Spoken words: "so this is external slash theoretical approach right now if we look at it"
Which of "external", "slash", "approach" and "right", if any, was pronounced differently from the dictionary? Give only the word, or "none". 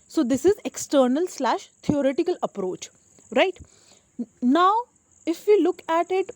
none